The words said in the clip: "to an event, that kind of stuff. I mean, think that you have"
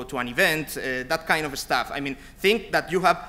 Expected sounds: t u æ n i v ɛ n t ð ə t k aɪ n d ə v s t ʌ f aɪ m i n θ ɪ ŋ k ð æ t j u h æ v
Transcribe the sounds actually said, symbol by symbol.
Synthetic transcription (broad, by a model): t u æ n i v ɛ n t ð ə t k aɪ n d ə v s t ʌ f aɪ m i n θ ɪ ŋ k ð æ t j u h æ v